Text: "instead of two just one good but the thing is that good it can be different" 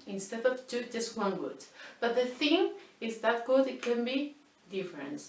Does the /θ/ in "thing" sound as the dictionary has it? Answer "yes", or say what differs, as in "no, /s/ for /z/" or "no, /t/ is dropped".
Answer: yes